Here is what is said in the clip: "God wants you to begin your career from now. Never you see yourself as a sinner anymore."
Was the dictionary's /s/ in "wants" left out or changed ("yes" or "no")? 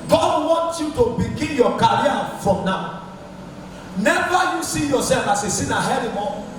yes